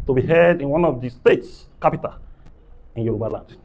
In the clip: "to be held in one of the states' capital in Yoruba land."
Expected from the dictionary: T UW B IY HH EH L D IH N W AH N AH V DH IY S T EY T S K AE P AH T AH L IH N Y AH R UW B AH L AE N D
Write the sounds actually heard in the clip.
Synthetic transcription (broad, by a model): T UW B IY HH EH D IH N W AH N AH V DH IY S T EY T S K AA P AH T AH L IH N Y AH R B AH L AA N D